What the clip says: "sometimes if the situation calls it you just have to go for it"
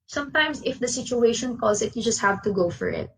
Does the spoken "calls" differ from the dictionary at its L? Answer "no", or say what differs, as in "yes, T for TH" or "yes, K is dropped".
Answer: yes, L is dropped